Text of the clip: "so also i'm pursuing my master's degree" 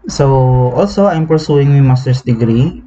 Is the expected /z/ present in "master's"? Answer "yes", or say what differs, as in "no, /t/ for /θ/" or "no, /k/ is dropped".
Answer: no, /s/ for /z/